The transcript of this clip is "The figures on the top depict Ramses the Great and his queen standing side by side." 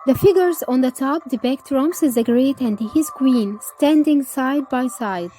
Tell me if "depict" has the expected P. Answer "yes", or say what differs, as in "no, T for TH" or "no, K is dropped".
no, B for P